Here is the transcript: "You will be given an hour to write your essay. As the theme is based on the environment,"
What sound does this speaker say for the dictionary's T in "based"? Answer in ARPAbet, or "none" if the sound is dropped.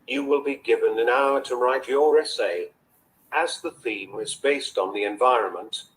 T